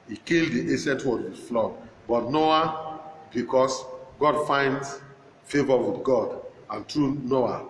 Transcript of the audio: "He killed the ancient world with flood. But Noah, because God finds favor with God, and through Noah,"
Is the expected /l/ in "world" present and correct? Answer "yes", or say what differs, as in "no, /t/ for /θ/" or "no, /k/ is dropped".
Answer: no, /l/ is dropped